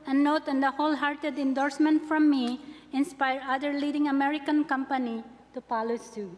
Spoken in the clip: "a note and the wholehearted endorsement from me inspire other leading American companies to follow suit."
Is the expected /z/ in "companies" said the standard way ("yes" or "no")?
no